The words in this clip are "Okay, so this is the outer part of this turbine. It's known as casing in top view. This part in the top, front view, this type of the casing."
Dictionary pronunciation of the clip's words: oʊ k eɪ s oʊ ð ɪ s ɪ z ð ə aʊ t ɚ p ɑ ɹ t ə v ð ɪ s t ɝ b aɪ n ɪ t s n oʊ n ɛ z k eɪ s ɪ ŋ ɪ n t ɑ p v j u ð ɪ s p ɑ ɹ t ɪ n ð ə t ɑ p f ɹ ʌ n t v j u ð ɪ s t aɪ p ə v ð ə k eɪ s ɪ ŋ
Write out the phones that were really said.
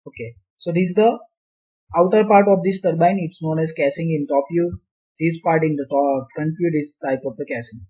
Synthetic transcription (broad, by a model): oʊ k eɪ s oʊ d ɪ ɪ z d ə aʊ t ɚ p ɑ ɹ t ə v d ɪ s t ɝ b aɪ n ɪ t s n oʊ n ɛ z k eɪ s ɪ ŋ ɪ n t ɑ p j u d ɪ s p ɑ ɹ t ɪ n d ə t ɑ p f ɹ ʌ n t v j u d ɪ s t aɪ p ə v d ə k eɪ s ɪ ŋ